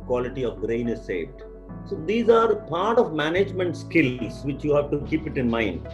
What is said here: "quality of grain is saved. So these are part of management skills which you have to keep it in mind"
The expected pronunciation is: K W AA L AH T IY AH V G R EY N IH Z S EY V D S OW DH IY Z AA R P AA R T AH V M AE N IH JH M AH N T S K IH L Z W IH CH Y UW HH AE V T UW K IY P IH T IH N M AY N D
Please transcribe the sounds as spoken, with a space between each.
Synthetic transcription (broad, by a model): K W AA L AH T IY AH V G R EY N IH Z S EY V D S OW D IY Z AA R P AA R T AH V M AE N IH JH M AH N T S K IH L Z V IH CH Y UW HH AE V T UW K IY P IH T IH N M AY N D